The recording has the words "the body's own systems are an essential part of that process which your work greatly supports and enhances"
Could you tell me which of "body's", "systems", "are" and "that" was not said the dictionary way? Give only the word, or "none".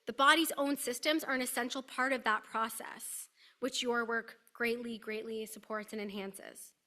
none